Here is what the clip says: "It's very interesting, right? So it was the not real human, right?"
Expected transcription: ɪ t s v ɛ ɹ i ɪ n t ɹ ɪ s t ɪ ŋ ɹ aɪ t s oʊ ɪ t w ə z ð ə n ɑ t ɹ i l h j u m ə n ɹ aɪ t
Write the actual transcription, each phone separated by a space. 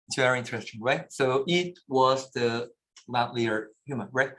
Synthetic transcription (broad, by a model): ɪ t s v ɛ ɹ i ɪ n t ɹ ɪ s t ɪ ŋ ɹ aɪ t s oʊ ɪ t w ə z ð ə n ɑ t l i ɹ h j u m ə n ɹ aɪ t